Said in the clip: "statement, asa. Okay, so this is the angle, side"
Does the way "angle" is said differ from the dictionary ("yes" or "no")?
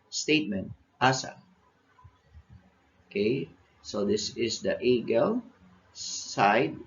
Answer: yes